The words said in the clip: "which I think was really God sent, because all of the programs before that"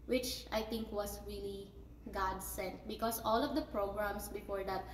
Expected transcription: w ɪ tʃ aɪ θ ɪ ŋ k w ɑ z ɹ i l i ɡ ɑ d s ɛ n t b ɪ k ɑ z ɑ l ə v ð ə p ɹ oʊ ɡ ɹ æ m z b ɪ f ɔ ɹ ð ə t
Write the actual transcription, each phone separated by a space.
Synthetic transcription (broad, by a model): w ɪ tʃ aɪ t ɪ ŋ k w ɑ s ɹ i l i ɡ ɑ d s ɛ n t b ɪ k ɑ s ɑ l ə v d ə p ɹ oʊ ɡ ɹ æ m s b ɪ f ɔ ɹ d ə t